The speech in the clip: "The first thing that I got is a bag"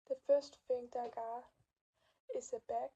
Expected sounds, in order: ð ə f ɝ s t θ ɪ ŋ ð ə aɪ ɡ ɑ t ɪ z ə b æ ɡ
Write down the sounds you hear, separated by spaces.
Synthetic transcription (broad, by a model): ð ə f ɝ s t f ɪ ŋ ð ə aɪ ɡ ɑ ɪ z ə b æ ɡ